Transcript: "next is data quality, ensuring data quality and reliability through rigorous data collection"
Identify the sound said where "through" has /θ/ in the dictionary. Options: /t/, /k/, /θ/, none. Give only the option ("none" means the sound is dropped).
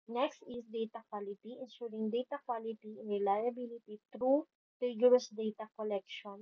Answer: /t/